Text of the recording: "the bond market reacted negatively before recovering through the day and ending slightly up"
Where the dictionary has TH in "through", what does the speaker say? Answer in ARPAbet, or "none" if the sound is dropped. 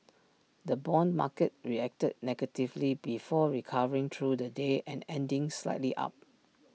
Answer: T